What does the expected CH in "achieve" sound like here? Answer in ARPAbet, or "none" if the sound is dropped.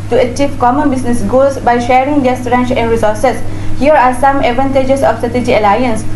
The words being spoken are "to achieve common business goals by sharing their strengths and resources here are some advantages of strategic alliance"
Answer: CH